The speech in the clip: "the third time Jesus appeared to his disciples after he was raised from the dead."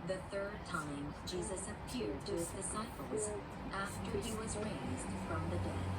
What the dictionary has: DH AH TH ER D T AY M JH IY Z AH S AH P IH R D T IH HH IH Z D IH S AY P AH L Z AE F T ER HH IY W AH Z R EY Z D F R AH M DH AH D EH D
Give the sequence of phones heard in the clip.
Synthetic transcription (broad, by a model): DH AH TH ER D T AY M JH IY Z AH S AH P IH R D T IH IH Z D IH S AY P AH L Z AE F T ER IY W AH Z R EY Z D F R AH M DH AH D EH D